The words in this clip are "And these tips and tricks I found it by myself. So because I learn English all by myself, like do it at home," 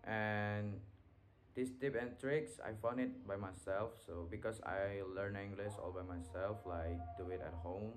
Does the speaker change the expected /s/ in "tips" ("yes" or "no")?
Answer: yes